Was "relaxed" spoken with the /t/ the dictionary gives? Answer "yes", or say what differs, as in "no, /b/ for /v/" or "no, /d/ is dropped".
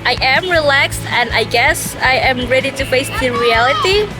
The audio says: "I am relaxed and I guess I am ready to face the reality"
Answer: yes